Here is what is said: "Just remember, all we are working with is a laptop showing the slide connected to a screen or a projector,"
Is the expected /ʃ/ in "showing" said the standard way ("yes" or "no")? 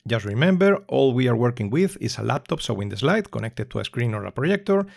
no